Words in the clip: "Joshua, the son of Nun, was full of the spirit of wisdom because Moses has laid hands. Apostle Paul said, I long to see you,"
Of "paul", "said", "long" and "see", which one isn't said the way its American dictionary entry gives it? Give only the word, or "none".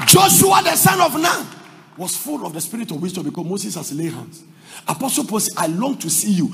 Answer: said